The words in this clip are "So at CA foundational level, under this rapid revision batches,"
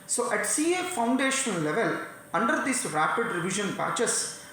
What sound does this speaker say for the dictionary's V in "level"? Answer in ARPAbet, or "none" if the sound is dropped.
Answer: V